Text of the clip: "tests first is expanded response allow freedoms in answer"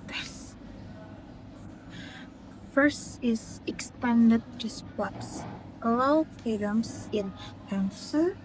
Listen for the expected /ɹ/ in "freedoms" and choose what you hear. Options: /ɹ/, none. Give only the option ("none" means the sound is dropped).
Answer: none